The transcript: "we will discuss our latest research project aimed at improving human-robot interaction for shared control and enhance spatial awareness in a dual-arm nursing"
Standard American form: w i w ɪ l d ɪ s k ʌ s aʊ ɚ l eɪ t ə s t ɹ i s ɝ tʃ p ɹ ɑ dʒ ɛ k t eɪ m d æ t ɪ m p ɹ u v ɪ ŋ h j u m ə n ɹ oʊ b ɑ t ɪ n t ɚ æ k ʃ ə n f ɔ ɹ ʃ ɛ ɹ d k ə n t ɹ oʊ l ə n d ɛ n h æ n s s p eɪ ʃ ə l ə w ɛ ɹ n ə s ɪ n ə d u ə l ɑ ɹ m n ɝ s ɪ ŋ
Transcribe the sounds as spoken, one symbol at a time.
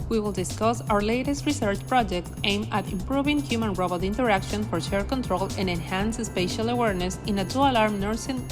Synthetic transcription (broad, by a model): w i w ɪ l d ɪ s k ʌ s aʊ ɚ l eɪ t ə s t ɹ i s ɝ tʃ p ɹ ɑ dʒ ɛ k t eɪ m æ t ɪ m p ɹ u v ɪ ŋ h j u m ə n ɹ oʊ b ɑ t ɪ n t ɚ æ k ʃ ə n f ɔ ɹ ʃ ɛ ɹ k ə n t ɹ oʊ l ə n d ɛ n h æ n s s p eɪ ʃ ə l ə w ɛ ɹ n ə s ɪ n ə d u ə l ɑ ɹ m n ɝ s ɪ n